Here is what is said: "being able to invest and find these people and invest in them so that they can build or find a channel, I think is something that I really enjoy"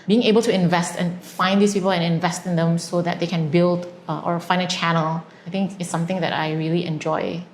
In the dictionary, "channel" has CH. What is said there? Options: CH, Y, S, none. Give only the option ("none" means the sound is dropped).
CH